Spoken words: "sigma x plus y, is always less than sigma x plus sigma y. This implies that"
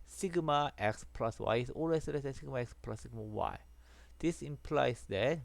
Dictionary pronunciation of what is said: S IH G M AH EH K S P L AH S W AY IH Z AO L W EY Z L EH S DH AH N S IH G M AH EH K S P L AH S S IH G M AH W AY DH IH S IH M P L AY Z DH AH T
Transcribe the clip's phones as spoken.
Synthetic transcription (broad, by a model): S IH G M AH EH K S P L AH S W AY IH S AO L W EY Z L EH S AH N S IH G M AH EH K S P L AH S S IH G M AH W AY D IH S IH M P L AY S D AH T